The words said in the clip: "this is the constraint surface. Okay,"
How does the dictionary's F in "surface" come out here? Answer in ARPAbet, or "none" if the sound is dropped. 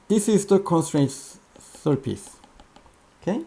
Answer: P